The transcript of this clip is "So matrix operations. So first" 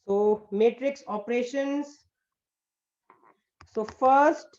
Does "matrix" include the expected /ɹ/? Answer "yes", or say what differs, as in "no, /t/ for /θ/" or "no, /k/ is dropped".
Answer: yes